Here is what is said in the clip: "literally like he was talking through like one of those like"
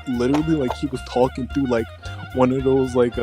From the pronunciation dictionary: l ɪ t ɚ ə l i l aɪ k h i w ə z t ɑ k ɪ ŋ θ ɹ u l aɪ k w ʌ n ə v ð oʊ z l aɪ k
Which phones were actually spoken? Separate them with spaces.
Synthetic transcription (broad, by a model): l ɪ t ɚ l i l aɪ k h i w ə z t ɑ k ɪ ŋ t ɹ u l aɪ k w ʌ n ə v ð oʊ z l aɪ k